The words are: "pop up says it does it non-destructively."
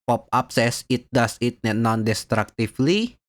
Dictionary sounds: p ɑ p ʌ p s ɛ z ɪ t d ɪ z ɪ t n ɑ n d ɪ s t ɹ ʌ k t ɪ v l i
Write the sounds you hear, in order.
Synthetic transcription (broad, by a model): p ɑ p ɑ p s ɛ s ɪ t d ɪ s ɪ t n ɑ n d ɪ s t ɹ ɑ k t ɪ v l i